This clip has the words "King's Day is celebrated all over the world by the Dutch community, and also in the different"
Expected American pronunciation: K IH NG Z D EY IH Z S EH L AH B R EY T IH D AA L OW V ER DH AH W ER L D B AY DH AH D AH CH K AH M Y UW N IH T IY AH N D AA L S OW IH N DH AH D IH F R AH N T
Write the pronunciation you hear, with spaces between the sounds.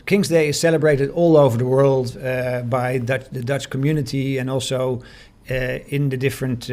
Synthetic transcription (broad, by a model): K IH NG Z D EY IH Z S EH L AH B R EY T IH D AA L OW V ER DH AH W ER L D B AY DH AH D AH CH K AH M Y UW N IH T IY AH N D AA L S OW IH N DH AH D IH F R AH N T